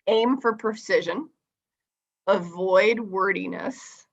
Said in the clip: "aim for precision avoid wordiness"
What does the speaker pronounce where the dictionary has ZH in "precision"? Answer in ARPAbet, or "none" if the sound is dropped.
ZH